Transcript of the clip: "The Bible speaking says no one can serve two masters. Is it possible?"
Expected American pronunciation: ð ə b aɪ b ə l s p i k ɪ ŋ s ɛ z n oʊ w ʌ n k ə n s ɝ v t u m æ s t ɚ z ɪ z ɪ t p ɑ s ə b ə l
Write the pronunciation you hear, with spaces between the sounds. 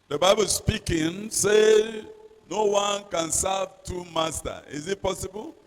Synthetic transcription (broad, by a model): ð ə b aɪ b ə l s p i k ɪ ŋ s ɛ n oʊ w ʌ n k ə n s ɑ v t u m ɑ s t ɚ ɪ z ɪ t p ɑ s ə b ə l